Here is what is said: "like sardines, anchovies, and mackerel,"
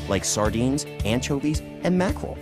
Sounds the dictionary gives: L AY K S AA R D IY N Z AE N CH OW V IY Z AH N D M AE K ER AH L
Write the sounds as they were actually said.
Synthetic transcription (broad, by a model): L AY K S AA R D IY N Z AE N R OW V IY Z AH N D M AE K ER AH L